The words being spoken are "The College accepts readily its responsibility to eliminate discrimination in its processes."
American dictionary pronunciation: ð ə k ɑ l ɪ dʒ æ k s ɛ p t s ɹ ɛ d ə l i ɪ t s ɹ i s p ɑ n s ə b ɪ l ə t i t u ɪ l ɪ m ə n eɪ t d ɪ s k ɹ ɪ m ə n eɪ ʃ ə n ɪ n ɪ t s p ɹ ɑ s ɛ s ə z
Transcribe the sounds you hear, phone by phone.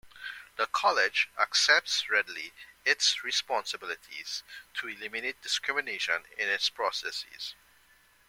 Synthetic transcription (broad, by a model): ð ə k ɑ l ɪ dʒ æ k s ɛ p t s ɹ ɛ d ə l i ɪ t s ɹ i s p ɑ n s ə b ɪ l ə t i t u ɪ l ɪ m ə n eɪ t d ɪ s k ɹ ɪ m ə n eɪ ʃ ə n ɪ n ɪ t s p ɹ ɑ s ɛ s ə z